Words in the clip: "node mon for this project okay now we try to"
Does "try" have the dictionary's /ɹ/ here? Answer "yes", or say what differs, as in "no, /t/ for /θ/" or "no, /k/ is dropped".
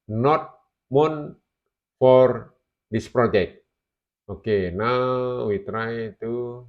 yes